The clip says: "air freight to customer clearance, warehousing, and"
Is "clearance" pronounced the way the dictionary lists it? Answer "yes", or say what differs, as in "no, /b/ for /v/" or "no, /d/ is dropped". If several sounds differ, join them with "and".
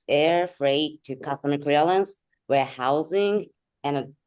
no, /l/ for /ɹ/